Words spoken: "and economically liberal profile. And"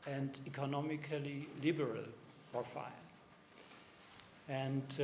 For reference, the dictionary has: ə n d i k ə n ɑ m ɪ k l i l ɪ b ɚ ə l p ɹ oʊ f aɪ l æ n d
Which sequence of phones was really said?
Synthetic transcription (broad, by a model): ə n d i k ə n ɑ m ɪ k l i l ɪ b ɚ ə l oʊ f aɪ n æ n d